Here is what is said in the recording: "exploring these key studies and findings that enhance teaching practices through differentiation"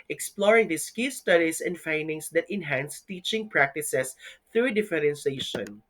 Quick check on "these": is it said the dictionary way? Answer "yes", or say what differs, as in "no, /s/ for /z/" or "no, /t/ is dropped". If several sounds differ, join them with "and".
no, /s/ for /z/